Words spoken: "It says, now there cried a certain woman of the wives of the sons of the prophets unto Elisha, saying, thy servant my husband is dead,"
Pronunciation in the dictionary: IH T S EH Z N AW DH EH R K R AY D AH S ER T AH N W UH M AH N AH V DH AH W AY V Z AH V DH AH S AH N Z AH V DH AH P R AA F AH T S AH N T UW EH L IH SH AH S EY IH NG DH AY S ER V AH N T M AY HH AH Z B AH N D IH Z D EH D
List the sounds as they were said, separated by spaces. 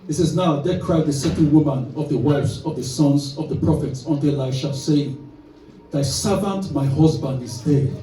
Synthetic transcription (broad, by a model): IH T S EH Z N AW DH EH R K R AY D AH S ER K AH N W UH M AH N AH V DH AH W AY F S AH V DH AH S AH N Z AH V DH AH P R AA F AH T S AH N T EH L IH SH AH S EY IH NG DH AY S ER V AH N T M AY HH AH Z B AH N D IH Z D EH